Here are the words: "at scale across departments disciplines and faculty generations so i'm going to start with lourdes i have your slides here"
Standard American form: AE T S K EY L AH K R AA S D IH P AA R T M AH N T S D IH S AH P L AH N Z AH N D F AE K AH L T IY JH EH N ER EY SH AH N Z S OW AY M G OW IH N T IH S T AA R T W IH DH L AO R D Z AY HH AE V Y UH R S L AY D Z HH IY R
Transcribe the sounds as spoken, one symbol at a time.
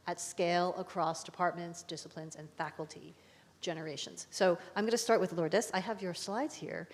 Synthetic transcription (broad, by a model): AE T S K EY L AH K R AA S D IH P AA R T M AH N T S D IH S AH P L AH N Z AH N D F AE K L T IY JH EH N ER EY SH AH N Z S OW AY M G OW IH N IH S T AA R T W IH DH L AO R D S AY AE V Y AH R S L AY D Z HH IY R